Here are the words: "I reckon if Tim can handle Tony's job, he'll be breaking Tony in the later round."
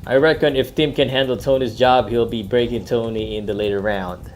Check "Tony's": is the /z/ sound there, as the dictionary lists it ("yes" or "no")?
yes